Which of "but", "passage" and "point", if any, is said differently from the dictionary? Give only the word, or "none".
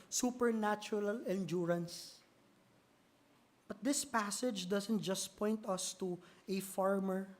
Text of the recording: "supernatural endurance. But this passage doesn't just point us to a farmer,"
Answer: none